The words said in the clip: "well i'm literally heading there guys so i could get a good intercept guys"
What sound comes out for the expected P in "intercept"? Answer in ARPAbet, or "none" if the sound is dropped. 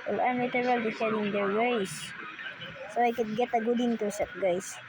none